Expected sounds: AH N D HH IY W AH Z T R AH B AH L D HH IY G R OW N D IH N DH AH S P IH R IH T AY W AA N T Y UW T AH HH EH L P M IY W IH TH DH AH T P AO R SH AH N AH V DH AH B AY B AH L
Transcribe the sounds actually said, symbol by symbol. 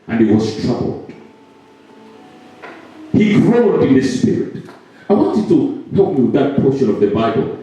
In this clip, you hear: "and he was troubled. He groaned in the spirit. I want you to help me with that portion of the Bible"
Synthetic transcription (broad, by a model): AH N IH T W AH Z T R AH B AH L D HH IY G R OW L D IH N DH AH S P IH R IH T AY W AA N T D T AH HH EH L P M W DH AH T P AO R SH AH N AH V DH AH B AY B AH L